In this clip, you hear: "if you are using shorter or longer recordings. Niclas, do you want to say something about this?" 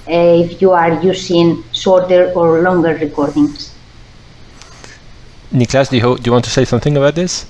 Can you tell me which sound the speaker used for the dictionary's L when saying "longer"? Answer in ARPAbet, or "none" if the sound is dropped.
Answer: L